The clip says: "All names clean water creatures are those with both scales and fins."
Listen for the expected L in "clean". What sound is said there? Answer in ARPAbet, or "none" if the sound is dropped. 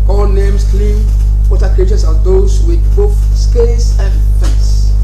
L